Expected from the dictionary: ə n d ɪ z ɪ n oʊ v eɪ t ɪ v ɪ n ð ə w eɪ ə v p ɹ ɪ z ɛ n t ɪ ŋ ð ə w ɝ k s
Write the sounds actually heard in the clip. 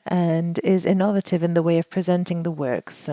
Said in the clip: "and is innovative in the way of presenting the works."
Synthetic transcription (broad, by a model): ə n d ɪ z ɪ n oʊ v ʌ t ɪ v ɪ n ð ə w eɪ ə v p ɹ ɪ z ɛ n t ɪ ŋ ð ə w ɝ k s